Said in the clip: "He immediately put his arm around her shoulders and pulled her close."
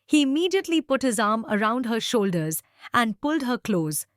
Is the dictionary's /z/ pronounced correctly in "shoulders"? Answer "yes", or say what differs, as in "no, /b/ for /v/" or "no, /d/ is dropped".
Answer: yes